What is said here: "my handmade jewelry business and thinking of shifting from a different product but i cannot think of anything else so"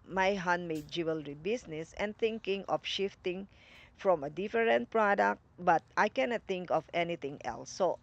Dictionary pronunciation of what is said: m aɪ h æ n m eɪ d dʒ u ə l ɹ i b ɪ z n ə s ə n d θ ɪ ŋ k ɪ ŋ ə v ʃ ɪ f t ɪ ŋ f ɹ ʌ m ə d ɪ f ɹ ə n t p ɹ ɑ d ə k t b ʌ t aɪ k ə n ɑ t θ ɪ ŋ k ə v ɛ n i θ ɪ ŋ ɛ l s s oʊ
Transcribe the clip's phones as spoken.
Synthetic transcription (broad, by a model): m aɪ h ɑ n m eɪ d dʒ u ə l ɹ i b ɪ s n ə s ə n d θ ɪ ŋ k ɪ ŋ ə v ʃ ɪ f t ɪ ŋ f ɹ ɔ m ə d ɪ f ɹ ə n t p ɹ ɑ d ə k t b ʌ t aɪ k ə n ɑ t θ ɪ ŋ k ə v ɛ n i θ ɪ ŋ ɛ l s s oʊ